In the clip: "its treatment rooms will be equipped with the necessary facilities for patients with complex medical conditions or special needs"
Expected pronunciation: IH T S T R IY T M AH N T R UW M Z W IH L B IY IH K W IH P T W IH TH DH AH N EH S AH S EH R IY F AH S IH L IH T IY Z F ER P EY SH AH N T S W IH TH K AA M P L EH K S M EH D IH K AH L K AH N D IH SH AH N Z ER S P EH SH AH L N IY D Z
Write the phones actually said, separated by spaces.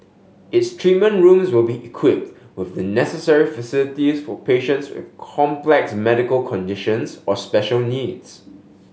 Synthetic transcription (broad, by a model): IH T S T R IY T M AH N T R UW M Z W IH L B IY IH K W IH P T W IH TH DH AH N EH S AH S EH R IY F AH S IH L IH T IY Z F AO P EY SH AH N T S W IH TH K AA M P L EH K S M EH D IH K AH L K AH N D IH SH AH N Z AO S P EH SH AH L N IY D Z